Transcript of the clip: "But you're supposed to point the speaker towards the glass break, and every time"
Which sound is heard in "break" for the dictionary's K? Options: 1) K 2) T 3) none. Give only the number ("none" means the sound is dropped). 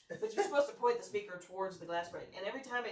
3